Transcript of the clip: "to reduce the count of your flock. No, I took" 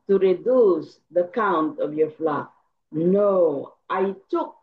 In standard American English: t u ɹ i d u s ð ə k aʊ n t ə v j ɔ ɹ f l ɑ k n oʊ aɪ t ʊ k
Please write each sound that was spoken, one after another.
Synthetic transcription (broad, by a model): t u ɹ i d u s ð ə k aʊ n t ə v j ɔ ɹ f l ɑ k n oʊ aɪ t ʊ k